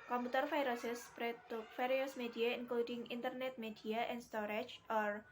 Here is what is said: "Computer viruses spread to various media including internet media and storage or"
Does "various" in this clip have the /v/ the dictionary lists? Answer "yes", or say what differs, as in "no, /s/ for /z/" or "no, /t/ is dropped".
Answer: no, /f/ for /v/